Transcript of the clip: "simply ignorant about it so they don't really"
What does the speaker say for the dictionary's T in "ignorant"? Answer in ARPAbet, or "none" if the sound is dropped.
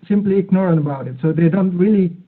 none